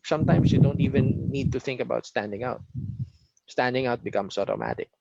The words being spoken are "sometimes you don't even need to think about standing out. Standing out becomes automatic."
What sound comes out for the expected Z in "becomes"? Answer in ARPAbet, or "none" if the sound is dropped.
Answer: S